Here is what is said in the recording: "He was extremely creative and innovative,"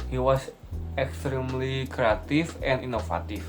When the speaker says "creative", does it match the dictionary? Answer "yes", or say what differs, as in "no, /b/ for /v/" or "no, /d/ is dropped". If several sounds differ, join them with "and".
no, /f/ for /v/